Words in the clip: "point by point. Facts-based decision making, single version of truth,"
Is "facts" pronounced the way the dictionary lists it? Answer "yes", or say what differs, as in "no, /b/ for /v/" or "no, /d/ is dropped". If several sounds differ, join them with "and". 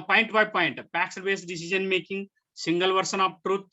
no, /p/ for /f/